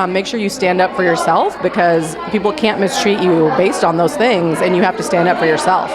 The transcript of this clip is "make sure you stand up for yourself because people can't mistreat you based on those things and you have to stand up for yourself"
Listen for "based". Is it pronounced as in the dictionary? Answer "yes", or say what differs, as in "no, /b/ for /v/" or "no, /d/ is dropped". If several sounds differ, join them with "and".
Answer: yes